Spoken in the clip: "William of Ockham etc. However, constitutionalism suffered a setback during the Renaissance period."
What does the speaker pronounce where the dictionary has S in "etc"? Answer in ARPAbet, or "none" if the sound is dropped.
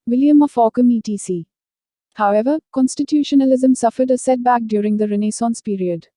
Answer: none